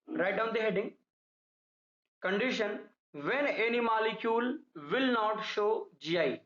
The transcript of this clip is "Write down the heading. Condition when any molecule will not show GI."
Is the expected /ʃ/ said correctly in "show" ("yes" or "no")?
yes